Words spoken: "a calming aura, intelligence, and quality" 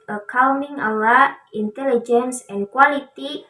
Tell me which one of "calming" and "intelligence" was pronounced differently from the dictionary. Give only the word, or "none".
calming